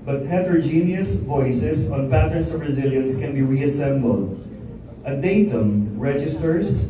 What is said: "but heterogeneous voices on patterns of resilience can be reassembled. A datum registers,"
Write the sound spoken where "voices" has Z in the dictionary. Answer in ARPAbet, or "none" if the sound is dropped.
S